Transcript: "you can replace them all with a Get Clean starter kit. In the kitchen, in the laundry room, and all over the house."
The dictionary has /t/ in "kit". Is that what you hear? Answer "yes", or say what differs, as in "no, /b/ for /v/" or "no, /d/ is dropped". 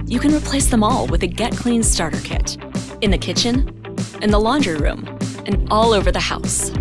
yes